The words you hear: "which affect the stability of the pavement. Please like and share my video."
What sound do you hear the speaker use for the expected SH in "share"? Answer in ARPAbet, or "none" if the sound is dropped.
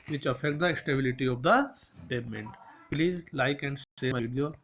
S